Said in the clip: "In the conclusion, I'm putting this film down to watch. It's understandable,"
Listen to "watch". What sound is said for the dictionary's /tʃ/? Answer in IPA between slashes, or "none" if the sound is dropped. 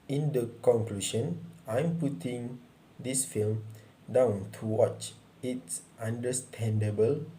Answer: /tʃ/